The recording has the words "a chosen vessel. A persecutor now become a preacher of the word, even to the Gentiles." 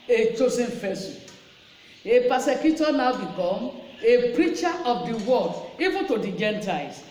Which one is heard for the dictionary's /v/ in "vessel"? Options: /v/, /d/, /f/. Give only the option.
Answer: /f/